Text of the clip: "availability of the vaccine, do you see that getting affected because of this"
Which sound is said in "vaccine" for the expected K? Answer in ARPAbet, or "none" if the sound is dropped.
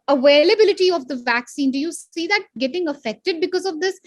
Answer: K